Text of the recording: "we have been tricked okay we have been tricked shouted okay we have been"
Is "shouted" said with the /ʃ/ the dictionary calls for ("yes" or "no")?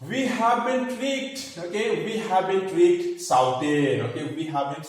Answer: no